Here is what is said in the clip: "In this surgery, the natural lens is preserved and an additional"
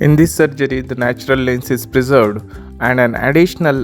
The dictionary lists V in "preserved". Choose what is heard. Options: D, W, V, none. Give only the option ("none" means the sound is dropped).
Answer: V